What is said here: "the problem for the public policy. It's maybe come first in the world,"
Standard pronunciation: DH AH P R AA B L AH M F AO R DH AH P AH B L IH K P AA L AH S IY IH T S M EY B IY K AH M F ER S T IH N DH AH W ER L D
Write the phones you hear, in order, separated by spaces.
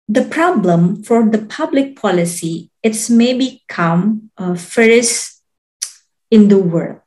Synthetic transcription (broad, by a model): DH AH P R AA B L AH M F AO R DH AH P AH B L IH K P AA L AH S IY IH T S M EY B IY K AH M F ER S IH N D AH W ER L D